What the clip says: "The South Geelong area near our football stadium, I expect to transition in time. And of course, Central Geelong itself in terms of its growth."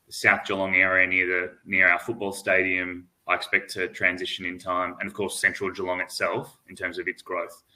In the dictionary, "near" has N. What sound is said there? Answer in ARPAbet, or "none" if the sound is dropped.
N